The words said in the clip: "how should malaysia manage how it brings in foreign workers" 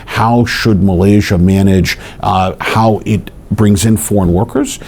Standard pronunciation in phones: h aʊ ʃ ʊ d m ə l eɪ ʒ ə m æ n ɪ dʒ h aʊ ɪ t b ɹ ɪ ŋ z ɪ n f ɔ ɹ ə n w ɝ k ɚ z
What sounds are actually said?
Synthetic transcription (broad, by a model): h aʊ ʃ ʊ d m ə l eɪ ʒ ə m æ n ɪ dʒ h aʊ ɪ t b ɹ ɪ ŋ z ɪ n f ɔ ɹ ə n w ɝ k ɚ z